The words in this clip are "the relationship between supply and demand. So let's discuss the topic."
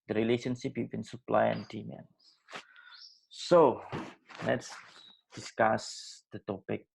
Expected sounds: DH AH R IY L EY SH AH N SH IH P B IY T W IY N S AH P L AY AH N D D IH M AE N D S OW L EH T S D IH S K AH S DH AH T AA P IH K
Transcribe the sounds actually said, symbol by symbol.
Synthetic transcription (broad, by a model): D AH R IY L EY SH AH N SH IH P B IY T W IY N S AH P L AY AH N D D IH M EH N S S OW L EH T S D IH S K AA S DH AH T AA P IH K